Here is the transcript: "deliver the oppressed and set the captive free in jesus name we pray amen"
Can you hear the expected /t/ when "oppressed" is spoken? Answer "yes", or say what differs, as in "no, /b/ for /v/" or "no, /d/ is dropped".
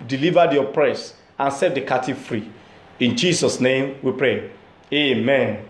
no, /t/ is dropped